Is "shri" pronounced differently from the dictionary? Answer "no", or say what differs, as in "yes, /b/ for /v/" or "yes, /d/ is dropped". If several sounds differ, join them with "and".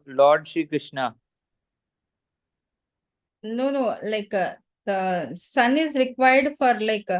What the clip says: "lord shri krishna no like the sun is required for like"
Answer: yes, /ɹ/ is dropped